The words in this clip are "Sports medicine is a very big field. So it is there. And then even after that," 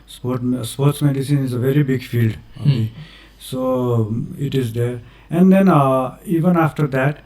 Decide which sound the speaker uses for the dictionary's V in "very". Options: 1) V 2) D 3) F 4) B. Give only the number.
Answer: 1